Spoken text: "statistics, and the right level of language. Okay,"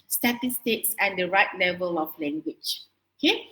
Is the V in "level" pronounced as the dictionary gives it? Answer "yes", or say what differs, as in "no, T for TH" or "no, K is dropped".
yes